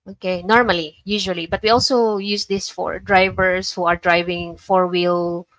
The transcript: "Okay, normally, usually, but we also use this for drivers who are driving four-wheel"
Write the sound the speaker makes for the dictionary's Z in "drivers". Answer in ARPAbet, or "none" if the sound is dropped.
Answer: S